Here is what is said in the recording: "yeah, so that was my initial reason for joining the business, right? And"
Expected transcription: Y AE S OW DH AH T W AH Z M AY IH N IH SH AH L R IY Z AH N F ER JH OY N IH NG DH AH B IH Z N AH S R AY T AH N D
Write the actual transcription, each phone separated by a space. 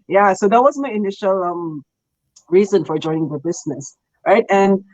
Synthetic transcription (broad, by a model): Y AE S OW DH AH T W AH Z M AY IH N IH SH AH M R IY Z AH N F ER JH OY N IH NG DH AH B IH Z N AH S R AY T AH N